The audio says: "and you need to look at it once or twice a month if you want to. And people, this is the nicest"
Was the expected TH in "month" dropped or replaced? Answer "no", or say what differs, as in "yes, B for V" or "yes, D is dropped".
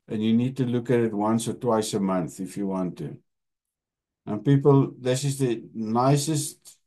no